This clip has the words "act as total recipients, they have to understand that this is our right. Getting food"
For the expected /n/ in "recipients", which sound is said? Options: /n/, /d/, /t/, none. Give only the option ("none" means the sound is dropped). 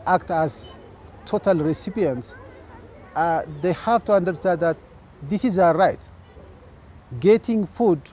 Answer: /n/